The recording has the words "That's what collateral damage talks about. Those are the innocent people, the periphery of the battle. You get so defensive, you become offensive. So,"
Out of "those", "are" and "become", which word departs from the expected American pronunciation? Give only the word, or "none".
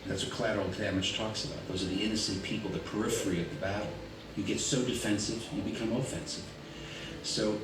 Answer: none